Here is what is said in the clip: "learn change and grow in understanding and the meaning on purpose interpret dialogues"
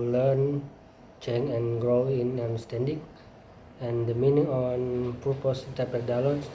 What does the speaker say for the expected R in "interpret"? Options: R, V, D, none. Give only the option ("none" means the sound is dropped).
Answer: none